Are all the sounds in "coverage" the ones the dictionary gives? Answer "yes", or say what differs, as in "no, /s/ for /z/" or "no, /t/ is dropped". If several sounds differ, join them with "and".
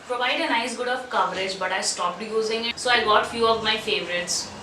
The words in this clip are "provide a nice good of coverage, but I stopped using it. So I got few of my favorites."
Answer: yes